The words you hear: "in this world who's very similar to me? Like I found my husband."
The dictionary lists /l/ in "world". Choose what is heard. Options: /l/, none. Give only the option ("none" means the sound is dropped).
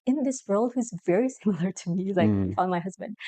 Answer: /l/